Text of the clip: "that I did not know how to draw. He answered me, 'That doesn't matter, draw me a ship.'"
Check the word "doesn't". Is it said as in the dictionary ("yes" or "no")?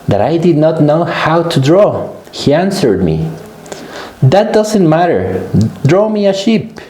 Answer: yes